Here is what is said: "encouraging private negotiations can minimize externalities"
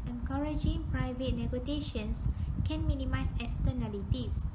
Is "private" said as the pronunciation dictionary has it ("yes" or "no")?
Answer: yes